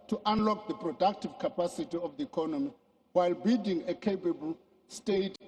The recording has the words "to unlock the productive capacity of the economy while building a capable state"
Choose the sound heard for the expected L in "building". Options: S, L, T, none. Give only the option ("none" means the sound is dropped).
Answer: none